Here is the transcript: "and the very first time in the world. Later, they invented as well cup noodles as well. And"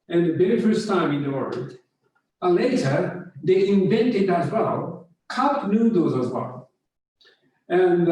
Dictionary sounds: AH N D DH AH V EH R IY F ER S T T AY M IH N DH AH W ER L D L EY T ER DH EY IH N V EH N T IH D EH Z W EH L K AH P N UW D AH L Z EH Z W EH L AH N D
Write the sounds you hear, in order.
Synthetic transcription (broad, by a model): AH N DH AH B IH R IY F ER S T T AY M IH N DH AH W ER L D L EY T ER DH EY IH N V EH N T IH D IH Z W EH L K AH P N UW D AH Z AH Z W EH L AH N